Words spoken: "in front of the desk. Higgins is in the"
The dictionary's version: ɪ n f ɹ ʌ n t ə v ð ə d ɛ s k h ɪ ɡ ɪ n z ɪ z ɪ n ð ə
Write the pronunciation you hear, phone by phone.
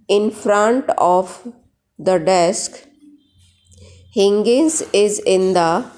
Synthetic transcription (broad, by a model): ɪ n f ɹ ʌ n t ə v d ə d ɛ s k h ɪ ɡ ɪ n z ɪ z ɪ n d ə